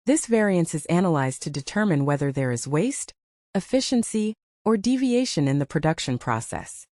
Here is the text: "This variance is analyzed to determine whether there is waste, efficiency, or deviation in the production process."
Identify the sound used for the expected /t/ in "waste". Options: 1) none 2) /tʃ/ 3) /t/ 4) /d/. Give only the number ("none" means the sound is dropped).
3